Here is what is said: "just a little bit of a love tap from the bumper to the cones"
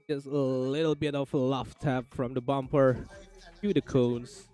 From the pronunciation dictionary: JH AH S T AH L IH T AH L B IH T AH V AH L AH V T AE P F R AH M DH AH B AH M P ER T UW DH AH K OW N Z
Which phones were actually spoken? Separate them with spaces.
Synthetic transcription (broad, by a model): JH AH S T AH L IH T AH L B IH T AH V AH L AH F T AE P F R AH M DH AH B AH M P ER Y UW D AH K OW N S